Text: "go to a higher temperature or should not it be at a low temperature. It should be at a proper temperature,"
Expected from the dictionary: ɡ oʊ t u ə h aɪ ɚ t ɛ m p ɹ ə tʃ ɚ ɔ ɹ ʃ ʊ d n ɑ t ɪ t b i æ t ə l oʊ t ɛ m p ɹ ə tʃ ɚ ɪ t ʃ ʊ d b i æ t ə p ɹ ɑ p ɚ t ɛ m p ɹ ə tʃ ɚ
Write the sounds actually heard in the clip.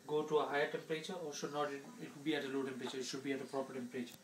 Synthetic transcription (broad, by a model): ɡ oʊ t u ə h aɪ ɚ t ɛ m p ɹ ə tʃ ɚ ɔ l ʃ ʊ d n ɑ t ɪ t b i æ t ə l oʊ t ɛ m p ɹ ə tʃ ɚ ɪ t ʃ ʊ d b i æ t ə p ɹ ɑ p ɚ t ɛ m p ɹ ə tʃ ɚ